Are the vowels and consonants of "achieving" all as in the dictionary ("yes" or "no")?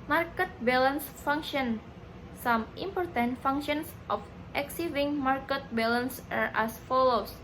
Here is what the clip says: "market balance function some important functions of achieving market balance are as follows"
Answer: no